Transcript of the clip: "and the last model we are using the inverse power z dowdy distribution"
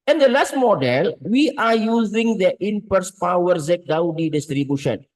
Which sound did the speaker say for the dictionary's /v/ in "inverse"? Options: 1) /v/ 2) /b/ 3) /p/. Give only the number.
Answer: 3